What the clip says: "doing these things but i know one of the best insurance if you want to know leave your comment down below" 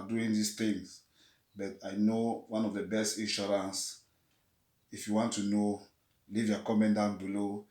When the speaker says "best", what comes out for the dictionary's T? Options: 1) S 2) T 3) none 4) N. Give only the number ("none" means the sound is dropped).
2